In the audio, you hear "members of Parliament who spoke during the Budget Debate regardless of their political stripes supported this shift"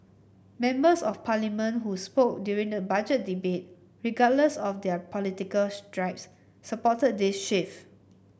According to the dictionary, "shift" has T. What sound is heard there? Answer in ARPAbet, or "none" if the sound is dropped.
none